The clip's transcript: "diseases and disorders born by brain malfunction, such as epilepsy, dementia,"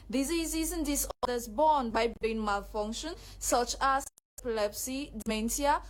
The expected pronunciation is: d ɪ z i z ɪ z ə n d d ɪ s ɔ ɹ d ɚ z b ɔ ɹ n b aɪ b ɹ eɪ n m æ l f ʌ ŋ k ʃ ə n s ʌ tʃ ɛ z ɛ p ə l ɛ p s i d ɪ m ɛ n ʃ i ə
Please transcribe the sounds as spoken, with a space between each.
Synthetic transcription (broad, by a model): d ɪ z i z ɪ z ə n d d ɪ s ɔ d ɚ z b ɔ n b aɪ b eɪ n m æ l f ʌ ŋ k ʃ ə n s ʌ tʃ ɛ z ɛ p ə l ɛ p s i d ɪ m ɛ n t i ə